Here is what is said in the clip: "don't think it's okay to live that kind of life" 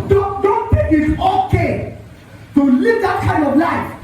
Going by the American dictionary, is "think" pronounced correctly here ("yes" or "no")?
no